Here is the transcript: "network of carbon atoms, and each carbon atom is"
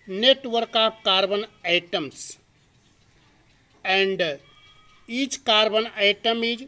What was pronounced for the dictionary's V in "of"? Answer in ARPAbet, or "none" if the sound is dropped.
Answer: P